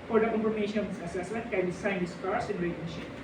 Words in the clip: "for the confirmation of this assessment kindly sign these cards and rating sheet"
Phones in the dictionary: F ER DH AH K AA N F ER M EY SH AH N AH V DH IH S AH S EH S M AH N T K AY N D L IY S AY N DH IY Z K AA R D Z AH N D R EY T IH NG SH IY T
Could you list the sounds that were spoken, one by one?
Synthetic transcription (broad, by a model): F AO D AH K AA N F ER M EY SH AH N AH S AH S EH S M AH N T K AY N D IY S AY N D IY S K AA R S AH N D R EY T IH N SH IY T